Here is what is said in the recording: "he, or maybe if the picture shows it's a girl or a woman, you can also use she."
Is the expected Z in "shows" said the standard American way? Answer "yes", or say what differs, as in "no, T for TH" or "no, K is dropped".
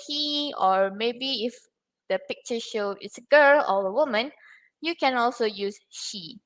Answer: no, Z is dropped